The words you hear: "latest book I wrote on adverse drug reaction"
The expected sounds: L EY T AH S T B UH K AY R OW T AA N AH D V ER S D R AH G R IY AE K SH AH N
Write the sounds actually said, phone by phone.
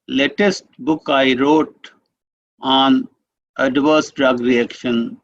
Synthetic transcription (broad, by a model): L EY T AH S T B UH K AY R OW T AA N AH D V ER S D R AH G R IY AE K SH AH N